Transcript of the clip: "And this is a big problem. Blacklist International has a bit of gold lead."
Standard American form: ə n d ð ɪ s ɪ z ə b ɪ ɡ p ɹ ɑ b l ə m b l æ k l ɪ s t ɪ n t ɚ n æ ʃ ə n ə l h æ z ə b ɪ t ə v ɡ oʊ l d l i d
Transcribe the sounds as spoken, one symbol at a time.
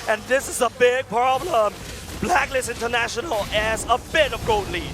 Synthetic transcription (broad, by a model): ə n ð ɪ s ɪ z ə b ɪ ɡ p ɹ ɑ b l ə m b l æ k l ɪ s ɪ n t ɚ n æ ʃ ə n ə l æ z ə b ɪ t ə v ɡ oʊ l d l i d